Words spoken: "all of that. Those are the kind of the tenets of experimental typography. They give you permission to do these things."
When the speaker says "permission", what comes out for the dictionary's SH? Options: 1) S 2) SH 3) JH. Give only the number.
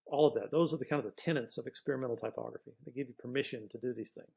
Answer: 2